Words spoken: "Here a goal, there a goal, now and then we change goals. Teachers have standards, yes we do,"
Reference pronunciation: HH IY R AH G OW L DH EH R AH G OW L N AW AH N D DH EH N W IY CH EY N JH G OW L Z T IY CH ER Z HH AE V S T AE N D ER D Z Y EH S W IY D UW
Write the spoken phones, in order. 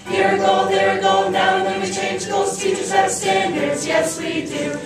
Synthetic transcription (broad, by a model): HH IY R AH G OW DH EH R AH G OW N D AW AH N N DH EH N W IY CH EY N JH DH OW Z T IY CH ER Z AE S T AE N D ER D Z Y EH S W IY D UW